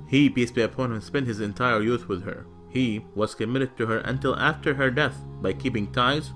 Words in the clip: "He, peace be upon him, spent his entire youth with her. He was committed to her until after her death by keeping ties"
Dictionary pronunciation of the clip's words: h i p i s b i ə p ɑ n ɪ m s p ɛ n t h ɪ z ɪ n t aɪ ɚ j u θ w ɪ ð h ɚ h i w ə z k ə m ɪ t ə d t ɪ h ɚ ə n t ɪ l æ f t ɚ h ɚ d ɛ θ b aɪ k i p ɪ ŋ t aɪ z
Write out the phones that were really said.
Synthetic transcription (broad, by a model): h i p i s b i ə p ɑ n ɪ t s p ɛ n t h ɪ z ɪ n t aɪ ɚ j u θ w ɪ ð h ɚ h i w ə z k ə m ɪ t ə d t ɪ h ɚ ə n t ɪ l æ f t ɚ h ɚ d ɛ θ b aɪ k i p ɪ ŋ t aɪ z